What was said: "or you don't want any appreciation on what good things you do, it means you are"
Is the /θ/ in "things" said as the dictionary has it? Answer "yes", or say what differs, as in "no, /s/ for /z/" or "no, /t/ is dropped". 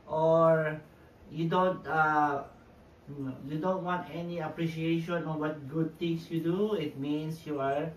no, /t/ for /θ/